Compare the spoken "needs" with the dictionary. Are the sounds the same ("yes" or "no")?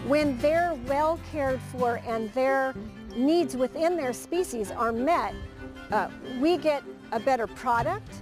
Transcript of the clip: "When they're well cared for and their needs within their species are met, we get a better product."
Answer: yes